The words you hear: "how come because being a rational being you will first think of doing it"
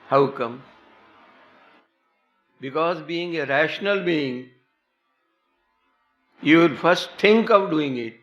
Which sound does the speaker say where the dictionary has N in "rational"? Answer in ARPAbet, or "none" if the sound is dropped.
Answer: N